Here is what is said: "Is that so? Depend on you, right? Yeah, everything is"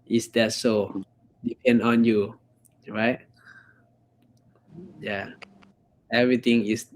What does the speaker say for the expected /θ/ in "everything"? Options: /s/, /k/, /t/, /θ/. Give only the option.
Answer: /t/